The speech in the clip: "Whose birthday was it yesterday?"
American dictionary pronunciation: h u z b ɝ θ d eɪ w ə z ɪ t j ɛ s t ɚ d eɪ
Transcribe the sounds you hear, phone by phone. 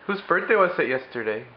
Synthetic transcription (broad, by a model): h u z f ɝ s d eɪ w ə s ɪ t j ɛ s t ɚ d eɪ